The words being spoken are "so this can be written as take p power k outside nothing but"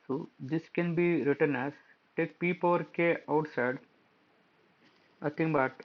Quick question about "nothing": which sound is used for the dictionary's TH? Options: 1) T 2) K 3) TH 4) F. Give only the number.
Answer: 1